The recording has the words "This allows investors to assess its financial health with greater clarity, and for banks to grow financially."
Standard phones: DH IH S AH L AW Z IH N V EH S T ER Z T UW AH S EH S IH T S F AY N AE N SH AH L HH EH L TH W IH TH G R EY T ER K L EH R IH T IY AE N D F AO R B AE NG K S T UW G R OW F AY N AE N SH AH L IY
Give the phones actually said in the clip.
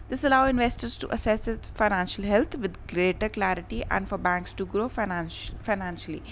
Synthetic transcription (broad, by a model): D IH S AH L AW IH N V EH S T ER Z T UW AH S EH S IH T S F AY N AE N SH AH L HH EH L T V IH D G R EY T ER K L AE R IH T IY AE N D F AO R B AE NG K S T UW G R OW F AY N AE N SH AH L IY